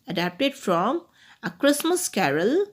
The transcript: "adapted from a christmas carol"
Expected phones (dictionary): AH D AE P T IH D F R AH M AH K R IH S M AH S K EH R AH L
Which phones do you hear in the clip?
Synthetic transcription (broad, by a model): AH D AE P T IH D F R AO M AH K R IH S M AH S K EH R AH L